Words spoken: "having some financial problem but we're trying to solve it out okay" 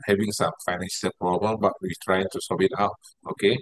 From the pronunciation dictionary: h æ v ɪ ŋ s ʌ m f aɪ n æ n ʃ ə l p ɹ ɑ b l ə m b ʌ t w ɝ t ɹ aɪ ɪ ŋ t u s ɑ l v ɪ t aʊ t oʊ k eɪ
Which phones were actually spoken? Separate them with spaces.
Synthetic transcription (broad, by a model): h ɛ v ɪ ŋ s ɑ m f aɪ n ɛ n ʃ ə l p ɹ ɑ b l ə m b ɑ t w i t ɹ aɪ ɪ ŋ t u s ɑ v ɪ t aʊ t oʊ k eɪ